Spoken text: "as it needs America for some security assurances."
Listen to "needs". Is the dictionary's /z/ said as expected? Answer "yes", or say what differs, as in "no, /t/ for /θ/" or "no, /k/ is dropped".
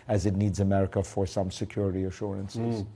yes